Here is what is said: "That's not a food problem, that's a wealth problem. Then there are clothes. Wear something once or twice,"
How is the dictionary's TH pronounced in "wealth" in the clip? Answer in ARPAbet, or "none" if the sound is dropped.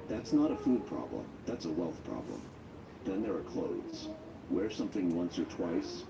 TH